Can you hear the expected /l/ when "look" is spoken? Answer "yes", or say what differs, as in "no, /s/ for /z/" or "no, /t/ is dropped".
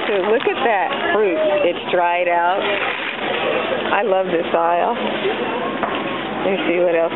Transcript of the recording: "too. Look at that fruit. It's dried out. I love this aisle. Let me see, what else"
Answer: yes